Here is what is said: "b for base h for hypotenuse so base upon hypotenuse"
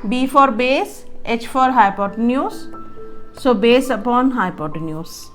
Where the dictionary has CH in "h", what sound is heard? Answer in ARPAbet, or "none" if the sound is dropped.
CH